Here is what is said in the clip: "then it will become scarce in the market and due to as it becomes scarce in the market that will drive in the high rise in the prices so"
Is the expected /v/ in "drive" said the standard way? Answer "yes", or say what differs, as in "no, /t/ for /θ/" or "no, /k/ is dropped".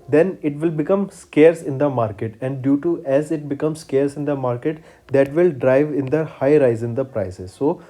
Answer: yes